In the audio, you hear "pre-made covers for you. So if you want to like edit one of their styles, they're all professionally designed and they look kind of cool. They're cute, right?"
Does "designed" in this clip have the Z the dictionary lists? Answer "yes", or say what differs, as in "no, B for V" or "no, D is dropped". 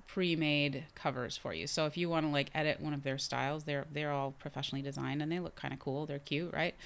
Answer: yes